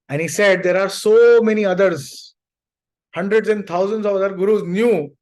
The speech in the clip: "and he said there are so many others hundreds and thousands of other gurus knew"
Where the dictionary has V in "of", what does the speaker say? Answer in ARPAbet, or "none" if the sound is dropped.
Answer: V